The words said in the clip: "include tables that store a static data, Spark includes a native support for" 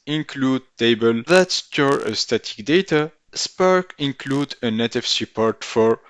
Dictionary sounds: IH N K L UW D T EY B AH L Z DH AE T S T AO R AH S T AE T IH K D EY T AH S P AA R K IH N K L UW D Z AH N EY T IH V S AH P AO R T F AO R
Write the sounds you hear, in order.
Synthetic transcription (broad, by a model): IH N K L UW D T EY B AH L DH AE T S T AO R AH S T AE T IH K D EY T AH S P AA R K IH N K L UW D AH N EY T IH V S AH P AO R T F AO R